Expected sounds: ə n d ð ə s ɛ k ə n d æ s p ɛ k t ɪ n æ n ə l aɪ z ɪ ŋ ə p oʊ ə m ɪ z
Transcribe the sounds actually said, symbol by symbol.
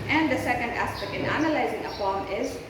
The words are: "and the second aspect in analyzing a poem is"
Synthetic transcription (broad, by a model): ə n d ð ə s ɛ k ə n d æ s p ɛ k t ɪ n æ n ə l aɪ z ɪ ŋ ə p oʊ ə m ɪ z